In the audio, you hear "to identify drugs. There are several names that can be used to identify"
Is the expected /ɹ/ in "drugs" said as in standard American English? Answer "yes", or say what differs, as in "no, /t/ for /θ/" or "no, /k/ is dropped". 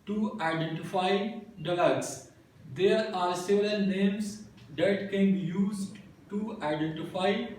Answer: no, /l/ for /ɹ/